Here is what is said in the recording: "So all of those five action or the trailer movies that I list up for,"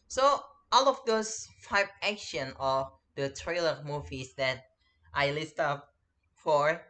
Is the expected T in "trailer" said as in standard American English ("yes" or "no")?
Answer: yes